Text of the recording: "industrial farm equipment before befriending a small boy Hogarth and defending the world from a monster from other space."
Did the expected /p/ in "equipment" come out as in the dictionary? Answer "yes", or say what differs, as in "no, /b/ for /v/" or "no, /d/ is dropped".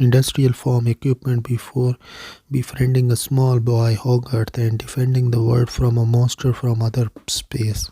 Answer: yes